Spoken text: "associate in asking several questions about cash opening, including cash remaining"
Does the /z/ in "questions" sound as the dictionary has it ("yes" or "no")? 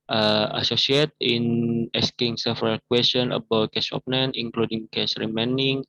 no